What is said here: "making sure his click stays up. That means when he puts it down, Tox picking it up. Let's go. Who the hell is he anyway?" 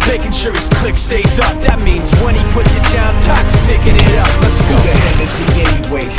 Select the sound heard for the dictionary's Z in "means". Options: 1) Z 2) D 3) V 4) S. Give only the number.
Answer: 1